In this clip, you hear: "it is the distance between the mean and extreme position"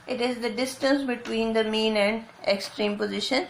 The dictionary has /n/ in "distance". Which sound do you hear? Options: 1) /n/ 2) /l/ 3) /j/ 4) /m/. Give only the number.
1